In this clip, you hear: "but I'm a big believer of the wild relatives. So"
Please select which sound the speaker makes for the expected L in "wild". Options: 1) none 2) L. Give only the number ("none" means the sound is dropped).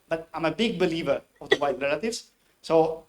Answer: 1